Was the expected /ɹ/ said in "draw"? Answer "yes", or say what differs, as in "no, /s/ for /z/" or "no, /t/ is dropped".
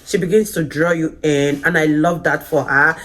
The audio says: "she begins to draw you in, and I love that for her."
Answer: yes